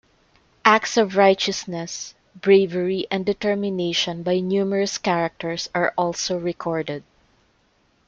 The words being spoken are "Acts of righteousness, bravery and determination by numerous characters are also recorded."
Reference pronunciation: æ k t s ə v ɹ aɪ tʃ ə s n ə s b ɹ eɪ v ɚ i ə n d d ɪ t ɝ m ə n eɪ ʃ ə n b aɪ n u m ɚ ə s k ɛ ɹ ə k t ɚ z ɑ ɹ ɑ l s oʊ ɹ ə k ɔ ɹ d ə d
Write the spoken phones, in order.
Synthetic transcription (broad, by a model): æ k t s ə v ɹ aɪ tʃ ə s n ə s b ɹ eɪ v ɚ i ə n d d ɪ t ɝ m ə n eɪ ʃ ə n b aɪ n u m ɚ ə s k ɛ ɹ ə k t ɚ s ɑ ɹ ɑ l s oʊ ɹ ə k ɔ ɹ d ə d